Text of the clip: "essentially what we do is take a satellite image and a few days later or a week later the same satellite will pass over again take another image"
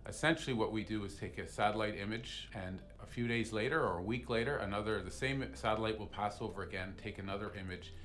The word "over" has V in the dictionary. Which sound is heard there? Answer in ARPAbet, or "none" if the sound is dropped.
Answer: V